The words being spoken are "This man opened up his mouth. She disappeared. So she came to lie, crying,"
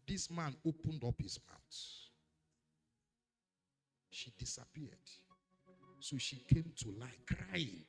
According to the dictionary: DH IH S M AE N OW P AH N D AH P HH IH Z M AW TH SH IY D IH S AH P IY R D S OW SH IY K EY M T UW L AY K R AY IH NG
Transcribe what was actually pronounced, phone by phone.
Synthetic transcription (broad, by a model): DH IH S M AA N OW P AH N D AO P HH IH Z M AW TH SH IY D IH S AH P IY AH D S OW SH IY K EY M T UW L AY K R AY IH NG